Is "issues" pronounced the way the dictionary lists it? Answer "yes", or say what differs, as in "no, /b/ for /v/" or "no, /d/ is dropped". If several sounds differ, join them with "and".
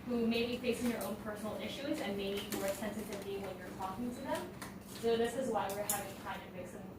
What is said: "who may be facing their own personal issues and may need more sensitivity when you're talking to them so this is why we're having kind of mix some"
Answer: yes